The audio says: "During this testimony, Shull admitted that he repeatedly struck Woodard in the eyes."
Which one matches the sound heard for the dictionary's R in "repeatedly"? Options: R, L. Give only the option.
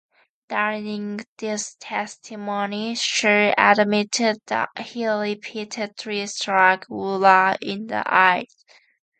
L